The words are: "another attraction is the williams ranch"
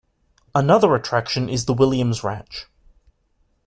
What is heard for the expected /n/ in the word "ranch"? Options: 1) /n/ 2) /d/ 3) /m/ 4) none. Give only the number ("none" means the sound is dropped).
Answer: 4